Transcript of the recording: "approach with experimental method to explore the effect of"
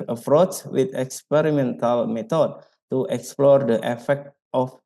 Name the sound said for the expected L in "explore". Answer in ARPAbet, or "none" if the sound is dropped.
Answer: L